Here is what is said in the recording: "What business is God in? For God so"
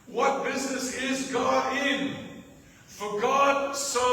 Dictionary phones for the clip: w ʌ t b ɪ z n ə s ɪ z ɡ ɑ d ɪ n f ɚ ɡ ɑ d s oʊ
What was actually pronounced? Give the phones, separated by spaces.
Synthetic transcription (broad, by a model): w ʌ t b ɪ z n ə s ɪ z ɡ ɑ d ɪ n f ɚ ɡ ɑ d s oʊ